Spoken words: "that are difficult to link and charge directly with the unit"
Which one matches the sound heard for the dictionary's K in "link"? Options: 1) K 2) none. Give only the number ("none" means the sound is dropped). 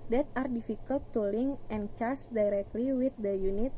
2